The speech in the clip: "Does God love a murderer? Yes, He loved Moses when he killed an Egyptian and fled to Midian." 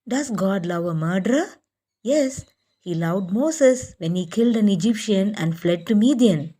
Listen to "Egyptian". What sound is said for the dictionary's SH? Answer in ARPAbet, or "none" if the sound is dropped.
SH